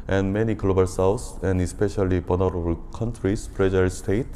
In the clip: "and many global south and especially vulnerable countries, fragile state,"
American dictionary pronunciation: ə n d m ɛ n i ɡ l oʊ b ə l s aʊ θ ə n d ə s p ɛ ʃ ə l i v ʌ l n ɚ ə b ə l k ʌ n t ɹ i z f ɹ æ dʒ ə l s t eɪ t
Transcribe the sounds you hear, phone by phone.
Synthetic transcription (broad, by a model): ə n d m ɛ n i ɡ l oʊ b ə l s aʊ s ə n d ə s p ɛ ʃ ə l i b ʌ n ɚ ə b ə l k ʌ n t ɹ i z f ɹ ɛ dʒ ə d s t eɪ t